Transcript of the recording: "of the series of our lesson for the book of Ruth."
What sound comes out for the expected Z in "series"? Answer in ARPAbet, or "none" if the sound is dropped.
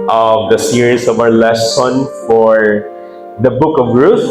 S